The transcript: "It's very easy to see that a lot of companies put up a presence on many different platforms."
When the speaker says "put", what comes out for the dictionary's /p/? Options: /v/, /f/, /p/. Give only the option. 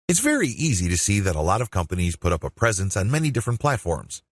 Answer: /p/